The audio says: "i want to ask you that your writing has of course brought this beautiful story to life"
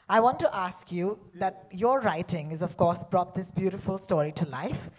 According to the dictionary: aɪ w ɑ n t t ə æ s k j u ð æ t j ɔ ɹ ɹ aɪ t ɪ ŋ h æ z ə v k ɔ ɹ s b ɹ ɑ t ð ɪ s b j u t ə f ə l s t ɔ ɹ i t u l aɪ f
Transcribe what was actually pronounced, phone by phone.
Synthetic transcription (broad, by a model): aɪ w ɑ n t t ə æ s k j u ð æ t j ɔ ɹ ɹ aɪ t ɪ ŋ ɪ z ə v k ɔ ɹ s b ɹ ɑ t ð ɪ s b j u t ə f ə l s t ɔ ɹ i t u l aɪ f